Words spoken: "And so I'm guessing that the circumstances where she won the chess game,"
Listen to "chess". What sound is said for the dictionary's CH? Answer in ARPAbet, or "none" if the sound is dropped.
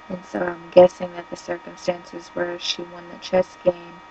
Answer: CH